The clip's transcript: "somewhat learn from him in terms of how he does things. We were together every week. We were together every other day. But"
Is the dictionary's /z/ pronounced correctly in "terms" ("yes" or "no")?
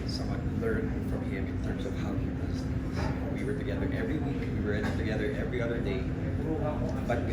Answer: yes